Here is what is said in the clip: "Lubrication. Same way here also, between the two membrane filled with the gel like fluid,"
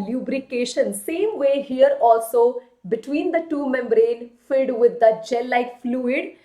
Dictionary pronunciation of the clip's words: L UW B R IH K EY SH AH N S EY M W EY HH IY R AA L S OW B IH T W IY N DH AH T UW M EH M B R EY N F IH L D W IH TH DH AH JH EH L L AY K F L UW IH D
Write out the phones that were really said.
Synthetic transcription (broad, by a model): L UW B R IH K EY SH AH N S EY M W EY HH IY R AA L S OW B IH T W IY N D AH T UW M EH M B R EY N F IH D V IH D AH JH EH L L AY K F L UW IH D